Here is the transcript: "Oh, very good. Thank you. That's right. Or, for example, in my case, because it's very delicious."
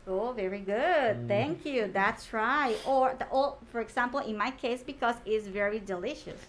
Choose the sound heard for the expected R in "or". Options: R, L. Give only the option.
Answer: L